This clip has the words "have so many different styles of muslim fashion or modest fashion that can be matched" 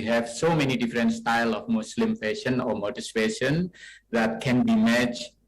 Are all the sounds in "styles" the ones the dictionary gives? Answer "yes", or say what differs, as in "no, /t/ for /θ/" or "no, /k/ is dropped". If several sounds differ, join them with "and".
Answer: no, /z/ is dropped